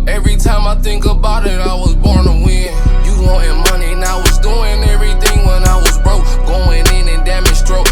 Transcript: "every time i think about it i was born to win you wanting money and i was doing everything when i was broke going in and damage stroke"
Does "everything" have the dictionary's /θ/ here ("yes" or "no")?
yes